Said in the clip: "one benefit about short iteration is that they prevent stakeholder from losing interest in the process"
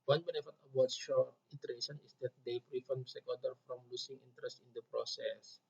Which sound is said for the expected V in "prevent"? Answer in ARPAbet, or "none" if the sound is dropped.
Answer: F